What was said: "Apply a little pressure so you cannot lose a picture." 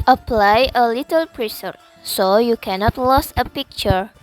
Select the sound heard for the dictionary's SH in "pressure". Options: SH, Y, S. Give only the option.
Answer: S